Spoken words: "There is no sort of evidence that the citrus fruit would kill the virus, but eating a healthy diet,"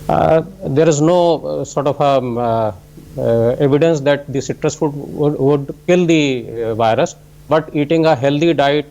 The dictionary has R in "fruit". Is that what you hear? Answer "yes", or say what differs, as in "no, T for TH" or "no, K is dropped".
no, R is dropped